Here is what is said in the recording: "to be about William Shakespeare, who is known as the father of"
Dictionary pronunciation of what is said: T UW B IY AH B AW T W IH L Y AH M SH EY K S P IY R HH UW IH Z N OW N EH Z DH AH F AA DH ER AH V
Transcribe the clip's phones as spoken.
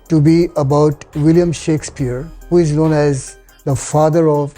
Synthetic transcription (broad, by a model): T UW B IY AH B AW T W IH L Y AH M SH EY K S P IY R HH UW IH Z N OW N EH Z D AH F AA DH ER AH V